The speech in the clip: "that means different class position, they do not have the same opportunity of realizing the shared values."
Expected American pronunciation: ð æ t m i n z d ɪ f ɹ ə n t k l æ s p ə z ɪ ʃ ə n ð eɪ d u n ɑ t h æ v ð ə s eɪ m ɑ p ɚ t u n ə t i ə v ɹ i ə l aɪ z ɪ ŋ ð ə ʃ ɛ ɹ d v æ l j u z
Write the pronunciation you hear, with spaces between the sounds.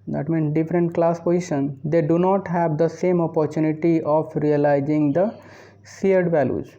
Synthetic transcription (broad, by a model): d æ t m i n s d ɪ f ɹ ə n t k l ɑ s p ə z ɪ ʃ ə n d eɪ d u n ɑ t h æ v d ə s eɪ m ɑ p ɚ t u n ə t i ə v ɹ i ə l aɪ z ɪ ŋ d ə s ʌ ɹ d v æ l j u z